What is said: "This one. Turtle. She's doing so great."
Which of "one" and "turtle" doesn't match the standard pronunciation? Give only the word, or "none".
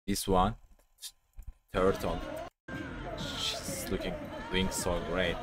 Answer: turtle